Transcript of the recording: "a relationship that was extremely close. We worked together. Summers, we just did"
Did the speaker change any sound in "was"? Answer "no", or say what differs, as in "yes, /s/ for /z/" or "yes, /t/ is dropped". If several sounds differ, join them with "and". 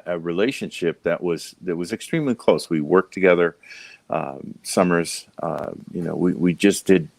no